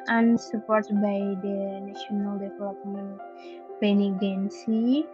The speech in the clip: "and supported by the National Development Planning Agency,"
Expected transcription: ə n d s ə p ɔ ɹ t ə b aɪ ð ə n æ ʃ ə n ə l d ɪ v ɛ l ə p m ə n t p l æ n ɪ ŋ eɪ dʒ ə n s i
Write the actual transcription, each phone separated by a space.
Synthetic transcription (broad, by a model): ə n s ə p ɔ ɹ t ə b aɪ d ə n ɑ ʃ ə n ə l d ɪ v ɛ l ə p m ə n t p ɛ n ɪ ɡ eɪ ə n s i